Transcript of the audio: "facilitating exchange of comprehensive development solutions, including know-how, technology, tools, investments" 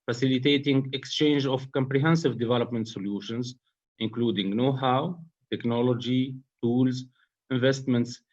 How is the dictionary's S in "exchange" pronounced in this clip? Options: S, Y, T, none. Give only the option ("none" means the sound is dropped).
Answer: S